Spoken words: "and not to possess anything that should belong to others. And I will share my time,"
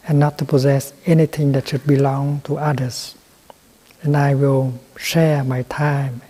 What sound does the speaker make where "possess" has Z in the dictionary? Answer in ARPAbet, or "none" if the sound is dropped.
Z